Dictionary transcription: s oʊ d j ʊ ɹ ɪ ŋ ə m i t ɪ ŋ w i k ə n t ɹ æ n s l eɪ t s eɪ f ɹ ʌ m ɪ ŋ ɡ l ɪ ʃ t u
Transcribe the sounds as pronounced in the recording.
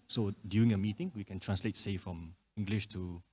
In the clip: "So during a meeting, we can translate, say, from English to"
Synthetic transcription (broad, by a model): s oʊ d j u ɪ ŋ ə m i t ɪ ŋ w i k ə n t ɹ æ n s l eɪ t s eɪ f ɹ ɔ m ɪ ŋ ɡ l ɪ ʃ t u